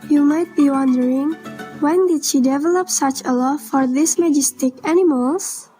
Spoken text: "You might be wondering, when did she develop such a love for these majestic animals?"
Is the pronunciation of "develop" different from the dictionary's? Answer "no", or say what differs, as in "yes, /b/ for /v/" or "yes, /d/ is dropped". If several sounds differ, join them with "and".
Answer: no